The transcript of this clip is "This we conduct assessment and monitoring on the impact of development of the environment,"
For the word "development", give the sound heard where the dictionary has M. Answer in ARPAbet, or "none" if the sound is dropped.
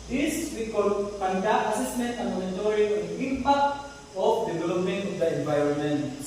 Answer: none